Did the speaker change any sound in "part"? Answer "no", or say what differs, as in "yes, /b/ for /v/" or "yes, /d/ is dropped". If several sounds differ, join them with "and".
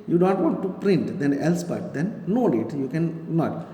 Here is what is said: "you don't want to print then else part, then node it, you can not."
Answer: yes, /b/ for /p/